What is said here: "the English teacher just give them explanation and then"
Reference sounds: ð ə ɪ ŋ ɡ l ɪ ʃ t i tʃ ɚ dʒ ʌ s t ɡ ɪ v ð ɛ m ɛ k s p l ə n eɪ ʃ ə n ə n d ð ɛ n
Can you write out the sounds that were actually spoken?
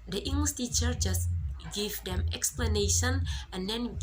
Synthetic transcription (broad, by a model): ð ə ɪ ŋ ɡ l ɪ s t i tʃ ɚ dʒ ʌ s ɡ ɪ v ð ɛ m ɛ k s p l ə n eɪ ʃ ə n ə n d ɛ n